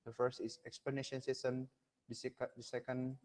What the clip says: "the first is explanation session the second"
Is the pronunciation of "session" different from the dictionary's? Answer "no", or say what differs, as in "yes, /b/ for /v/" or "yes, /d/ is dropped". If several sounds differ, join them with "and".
yes, /s/ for /ʃ/